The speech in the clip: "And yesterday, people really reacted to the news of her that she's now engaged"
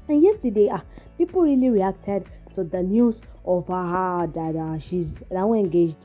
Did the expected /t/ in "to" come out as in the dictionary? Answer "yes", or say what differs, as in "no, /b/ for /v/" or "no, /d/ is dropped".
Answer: no, /s/ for /t/